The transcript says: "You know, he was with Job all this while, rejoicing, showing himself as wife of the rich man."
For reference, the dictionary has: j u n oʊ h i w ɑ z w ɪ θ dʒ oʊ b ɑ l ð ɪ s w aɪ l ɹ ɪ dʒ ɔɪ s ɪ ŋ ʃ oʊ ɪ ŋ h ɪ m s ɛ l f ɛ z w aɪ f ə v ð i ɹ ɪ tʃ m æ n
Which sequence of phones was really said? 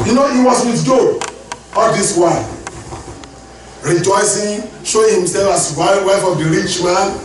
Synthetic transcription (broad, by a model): j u n oʊ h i w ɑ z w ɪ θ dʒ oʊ ɑ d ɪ s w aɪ n ɹ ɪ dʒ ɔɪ s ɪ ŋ ʃ oʊ ɪ ŋ h ɪ m s ɛ l f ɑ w w aɪ f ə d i ɹ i tʃ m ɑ n